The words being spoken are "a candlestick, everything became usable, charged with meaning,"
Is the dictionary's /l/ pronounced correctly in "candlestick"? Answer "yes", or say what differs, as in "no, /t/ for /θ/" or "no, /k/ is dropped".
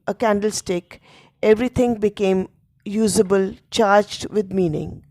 yes